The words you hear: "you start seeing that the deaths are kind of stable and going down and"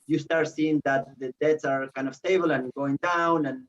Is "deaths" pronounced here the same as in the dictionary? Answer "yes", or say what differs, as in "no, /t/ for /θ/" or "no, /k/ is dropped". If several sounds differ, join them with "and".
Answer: no, /t/ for /θ/